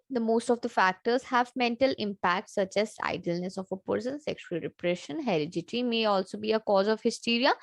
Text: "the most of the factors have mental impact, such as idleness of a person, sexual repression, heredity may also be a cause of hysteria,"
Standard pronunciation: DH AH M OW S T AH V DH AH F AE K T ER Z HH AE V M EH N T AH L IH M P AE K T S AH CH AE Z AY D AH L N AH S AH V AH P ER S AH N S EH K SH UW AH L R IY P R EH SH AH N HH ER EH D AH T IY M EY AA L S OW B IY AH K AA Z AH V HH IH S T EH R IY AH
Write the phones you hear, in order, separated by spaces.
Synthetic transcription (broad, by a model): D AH M OW S T AH V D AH F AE K T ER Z HH AE V M EH N T AH L IH M P AE K T S AH CH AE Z AY D AH L N AH S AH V AH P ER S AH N S EH K SH UW AH L R IY P R EH SH AH N HH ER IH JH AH T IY M EY AA L S OW B IY AH K AA Z AH V HH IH S T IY R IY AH